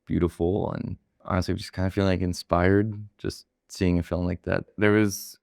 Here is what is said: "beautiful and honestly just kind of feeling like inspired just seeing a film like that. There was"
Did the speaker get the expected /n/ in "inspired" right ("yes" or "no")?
yes